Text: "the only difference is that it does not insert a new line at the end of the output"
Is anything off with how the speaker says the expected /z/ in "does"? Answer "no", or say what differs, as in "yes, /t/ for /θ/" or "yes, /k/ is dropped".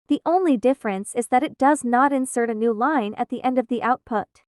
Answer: no